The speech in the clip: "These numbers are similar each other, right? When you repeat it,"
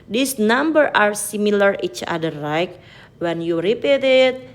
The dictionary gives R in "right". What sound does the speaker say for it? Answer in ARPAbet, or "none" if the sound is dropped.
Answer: L